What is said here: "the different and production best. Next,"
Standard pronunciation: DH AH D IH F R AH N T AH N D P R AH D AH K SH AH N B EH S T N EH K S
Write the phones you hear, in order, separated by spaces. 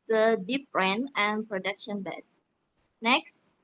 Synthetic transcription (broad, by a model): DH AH D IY P R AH N AH N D P R AH D AH K SH AH N B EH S N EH K S